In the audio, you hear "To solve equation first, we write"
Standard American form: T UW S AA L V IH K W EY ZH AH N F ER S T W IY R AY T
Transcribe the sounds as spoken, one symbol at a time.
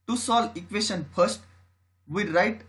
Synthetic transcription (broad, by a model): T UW S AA L IH K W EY SH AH N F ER S T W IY R AY T